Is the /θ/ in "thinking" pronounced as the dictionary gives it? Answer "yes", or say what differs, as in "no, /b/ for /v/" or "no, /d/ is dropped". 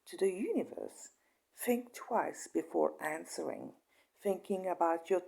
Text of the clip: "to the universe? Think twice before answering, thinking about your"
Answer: yes